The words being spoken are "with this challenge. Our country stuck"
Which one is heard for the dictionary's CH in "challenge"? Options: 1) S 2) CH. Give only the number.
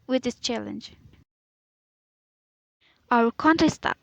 2